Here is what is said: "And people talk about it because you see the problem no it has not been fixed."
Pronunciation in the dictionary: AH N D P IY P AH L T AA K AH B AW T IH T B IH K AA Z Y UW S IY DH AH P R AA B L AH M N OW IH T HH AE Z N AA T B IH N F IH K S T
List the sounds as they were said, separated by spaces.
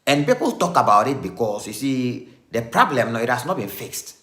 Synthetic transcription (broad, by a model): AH N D P IY P AH L T AA K AH B AW T IH T B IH K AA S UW S IY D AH P R AA B L AH M N OW IH T HH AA S N AA T B IH N F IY K S T